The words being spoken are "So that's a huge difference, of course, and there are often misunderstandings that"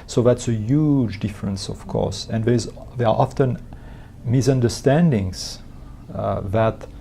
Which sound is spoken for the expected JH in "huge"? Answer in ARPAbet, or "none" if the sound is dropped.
JH